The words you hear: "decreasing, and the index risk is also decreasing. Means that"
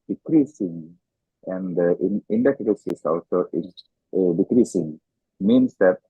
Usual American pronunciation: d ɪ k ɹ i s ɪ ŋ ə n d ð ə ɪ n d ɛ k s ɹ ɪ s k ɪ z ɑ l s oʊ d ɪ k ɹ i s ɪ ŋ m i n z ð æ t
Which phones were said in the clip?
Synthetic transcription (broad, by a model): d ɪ k ɹ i s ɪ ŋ ə n d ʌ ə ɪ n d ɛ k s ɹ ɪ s ɪ s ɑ l s oʊ d ɪ k ɹ i s ɪ ŋ m i n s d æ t